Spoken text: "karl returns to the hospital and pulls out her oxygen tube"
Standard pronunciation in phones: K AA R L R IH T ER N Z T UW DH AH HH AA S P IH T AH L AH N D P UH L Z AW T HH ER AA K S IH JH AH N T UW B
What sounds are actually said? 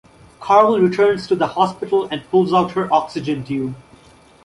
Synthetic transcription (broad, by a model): K AA R L R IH T ER N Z T UW DH AH HH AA S P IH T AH L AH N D P UH L Z AW T HH ER AA K S IH JH AH N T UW